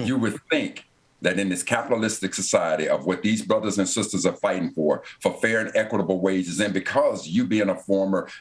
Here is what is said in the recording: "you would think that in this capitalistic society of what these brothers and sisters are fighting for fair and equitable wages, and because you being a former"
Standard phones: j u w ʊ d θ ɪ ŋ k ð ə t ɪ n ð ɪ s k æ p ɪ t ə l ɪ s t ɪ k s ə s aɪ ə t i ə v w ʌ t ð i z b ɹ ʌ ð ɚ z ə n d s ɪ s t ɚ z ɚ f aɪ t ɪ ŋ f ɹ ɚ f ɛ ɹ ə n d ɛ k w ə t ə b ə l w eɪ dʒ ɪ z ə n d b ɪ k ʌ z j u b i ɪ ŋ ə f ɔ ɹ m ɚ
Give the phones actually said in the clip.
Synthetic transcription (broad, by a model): j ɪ w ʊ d θ ɪ ŋ k ð ə t ɪ n ð ɪ s k æ p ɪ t l ɪ s t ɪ k s ə s aɪ ə t i ə v w ʌ t ð i z b ɹ ʌ ð ɚ z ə n s ɪ s t ɚ z ɚ f aɪ t ɪ ŋ f ɹ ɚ f ɛ ɹ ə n ɛ k w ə t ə b l w eɪ dʒ ɪ z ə n b ɪ k ʌ z j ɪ b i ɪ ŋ ə f ɔ ɹ m ɚ